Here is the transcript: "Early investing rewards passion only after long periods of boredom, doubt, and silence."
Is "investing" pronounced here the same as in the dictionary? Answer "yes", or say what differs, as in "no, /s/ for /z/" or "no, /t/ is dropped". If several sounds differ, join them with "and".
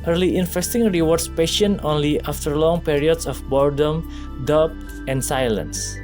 no, /f/ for /v/